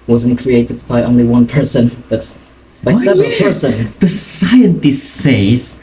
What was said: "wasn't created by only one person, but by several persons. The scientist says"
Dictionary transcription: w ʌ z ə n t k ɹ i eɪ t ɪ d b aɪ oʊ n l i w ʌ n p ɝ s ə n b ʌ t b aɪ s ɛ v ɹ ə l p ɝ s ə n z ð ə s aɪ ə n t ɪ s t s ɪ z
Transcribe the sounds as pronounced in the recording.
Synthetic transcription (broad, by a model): w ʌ z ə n k ɹ i eɪ t ɪ d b aɪ oʊ n l i w ʌ n p ɝ s ə n b ʌ t b aɪ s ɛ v ə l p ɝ s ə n ð ə s aɪ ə n t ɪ s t s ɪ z